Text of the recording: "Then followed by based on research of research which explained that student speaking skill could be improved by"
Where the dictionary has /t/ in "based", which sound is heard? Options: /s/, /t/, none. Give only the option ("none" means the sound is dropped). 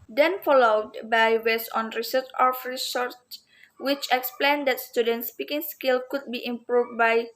none